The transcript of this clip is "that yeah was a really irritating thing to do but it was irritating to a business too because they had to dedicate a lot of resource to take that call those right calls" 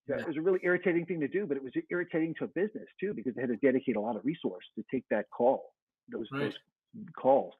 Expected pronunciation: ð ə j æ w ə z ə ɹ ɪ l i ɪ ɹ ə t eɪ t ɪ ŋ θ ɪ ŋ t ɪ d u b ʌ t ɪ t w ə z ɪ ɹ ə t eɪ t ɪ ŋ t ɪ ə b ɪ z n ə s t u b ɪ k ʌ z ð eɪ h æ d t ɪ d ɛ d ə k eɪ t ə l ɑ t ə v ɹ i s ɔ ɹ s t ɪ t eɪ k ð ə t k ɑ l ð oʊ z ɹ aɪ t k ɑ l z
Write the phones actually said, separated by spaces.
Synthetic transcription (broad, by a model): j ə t w ə z ə ɹ ɪ l i ɪ ɹ ə t eɪ t ɪ ŋ θ ɪ ŋ t ɪ d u b ʌ t ɪ t w ə z ɪ ɹ ə t eɪ t ɪ ŋ t ɪ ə b ɪ z n ə s t u b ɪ k ʌ z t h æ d t ɪ d ɛ d ə k eɪ t ə l ɑ t ə v ɹ i s ɔ ɹ s t ɪ t eɪ k ð ə t k ɑ l ð oʊ z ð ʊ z k ɑ l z